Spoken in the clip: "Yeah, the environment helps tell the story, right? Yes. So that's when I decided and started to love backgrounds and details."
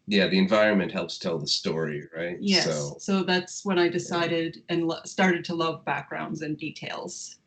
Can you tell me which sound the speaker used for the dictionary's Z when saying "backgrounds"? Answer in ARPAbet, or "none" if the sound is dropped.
Z